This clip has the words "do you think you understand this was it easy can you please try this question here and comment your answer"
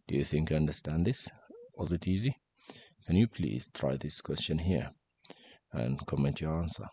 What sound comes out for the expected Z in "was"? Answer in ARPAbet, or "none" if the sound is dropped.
Z